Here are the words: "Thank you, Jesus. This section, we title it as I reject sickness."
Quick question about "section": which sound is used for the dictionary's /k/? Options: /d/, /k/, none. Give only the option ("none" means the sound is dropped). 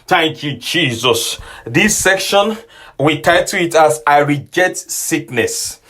/k/